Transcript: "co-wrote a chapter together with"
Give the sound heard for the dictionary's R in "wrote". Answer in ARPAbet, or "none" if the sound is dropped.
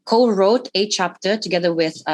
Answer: R